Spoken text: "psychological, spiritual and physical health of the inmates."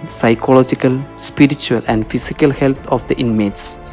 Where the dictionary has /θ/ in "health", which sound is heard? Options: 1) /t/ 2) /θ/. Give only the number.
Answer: 1